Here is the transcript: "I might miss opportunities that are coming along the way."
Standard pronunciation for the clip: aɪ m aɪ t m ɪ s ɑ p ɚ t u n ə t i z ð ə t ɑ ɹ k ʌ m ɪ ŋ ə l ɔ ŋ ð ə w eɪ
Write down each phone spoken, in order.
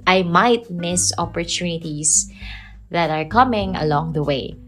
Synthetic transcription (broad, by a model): aɪ m aɪ t m ɪ s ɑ p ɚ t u n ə t i s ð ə t ɑ ɹ k ʌ m ɪ ŋ ə l ɔ ŋ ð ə w eɪ